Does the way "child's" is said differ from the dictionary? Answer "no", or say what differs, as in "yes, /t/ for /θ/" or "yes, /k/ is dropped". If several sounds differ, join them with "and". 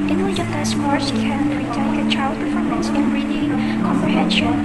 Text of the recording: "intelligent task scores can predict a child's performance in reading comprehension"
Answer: yes, /z/ is dropped